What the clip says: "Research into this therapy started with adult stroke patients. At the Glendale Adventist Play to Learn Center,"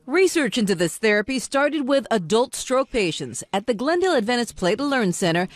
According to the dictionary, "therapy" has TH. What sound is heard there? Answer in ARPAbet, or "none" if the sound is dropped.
TH